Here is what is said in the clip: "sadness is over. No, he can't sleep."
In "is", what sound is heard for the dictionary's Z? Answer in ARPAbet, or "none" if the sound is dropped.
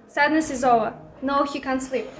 Z